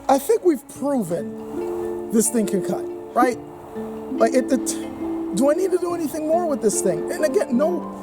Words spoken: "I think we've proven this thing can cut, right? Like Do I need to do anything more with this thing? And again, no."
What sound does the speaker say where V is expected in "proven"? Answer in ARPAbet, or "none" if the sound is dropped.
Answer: V